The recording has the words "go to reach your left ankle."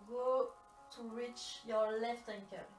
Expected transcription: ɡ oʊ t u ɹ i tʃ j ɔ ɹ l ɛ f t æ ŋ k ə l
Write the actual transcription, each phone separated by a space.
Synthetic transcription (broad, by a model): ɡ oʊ t u ɹ i tʃ j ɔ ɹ l ɛ f t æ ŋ k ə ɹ